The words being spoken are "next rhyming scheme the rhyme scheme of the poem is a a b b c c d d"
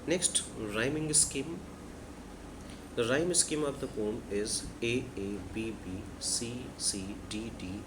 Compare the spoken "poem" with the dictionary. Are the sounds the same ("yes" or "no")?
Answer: no